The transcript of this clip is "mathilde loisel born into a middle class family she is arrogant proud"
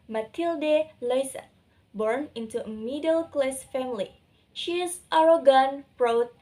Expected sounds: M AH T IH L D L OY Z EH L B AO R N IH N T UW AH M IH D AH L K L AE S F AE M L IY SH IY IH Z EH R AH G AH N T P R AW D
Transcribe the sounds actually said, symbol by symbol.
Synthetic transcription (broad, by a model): M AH T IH L D L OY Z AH B AO R N IH N T UW AH M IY D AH L K L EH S F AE M L IY SH IY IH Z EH R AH G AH N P R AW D